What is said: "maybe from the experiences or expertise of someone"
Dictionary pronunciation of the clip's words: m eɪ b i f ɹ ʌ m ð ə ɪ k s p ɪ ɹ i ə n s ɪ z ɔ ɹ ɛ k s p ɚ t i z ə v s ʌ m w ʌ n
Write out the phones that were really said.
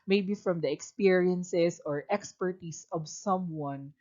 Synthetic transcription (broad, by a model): m eɪ b i f ɹ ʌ m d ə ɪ k s p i ɹ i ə n s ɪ s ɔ ɹ ɛ k s p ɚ t i s ə v s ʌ m w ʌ n